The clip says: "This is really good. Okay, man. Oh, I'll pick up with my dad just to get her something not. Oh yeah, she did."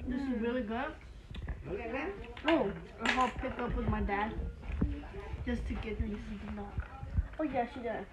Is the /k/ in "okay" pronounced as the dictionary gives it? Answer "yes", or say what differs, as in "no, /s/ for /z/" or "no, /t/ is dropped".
no, /k/ is dropped